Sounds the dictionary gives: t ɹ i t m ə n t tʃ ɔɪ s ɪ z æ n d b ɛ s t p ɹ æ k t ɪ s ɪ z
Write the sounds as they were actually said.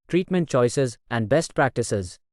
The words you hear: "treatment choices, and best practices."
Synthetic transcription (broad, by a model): t ɹ i t m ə n t tʃ ɔɪ s ɪ z æ n d b ɛ s t p ɹ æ k t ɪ s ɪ z